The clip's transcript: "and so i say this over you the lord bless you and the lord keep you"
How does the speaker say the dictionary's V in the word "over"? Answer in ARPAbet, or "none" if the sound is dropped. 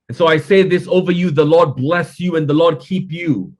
V